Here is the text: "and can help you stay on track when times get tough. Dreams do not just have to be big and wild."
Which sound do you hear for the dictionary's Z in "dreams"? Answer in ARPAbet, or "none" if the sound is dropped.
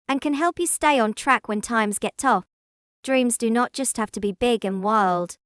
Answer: Z